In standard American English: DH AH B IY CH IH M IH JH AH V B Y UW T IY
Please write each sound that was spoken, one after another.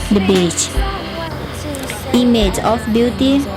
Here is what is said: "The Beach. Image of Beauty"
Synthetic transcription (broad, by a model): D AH B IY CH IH M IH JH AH F B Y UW T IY